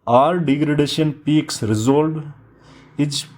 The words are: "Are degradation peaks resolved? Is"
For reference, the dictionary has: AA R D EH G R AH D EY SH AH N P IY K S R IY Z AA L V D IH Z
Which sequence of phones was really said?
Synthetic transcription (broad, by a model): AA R D EH G R AH D EY SH AH N P IY K S R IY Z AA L D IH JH